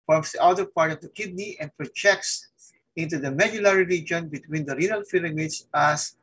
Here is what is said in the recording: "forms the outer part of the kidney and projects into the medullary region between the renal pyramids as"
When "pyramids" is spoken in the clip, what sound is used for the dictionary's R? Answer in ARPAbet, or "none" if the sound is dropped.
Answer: L